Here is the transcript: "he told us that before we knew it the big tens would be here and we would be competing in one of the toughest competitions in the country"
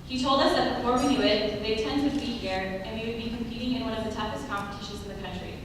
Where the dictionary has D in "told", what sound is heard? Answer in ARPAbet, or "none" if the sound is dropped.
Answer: D